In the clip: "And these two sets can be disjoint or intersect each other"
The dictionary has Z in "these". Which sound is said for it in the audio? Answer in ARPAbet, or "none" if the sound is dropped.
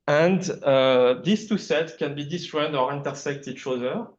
S